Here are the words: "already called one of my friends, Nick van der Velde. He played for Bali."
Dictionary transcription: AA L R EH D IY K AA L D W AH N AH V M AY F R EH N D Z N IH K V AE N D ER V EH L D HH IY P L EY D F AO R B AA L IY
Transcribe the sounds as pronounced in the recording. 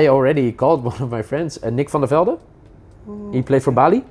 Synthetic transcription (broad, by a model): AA L R EH D IY K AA L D W AH N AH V M AY F R EH N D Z N IH K F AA N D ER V EH L D HH IY P L EY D F AO R B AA L IY